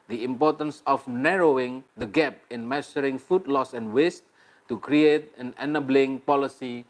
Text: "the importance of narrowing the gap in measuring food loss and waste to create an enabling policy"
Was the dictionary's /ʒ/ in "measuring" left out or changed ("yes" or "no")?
yes